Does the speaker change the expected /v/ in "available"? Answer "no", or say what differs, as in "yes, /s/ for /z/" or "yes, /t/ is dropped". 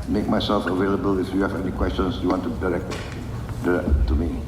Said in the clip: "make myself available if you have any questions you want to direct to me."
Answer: no